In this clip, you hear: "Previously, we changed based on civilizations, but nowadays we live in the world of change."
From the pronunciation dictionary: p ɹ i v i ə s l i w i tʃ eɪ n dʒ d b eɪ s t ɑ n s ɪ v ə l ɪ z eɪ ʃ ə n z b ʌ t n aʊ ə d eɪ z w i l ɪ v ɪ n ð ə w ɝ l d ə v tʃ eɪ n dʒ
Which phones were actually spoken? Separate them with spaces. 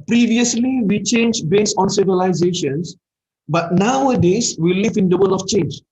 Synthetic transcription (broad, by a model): p ɹ i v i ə s l i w i tʃ eɪ n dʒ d b eɪ s t ɑ n s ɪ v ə l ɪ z eɪ ʃ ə n s b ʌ t n aʊ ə d eɪ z w i l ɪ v ɪ n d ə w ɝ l ə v tʃ eɪ n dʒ